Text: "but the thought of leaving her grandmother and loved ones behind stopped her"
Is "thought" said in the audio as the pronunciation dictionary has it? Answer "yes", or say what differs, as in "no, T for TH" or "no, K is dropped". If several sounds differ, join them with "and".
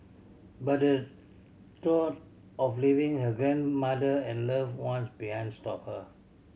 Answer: no, T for TH